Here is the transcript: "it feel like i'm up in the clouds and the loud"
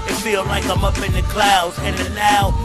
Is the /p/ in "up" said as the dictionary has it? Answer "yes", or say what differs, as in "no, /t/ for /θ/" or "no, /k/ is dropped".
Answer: yes